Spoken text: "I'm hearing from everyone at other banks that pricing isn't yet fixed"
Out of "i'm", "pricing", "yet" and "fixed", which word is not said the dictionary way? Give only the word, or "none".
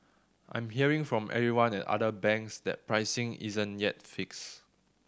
fixed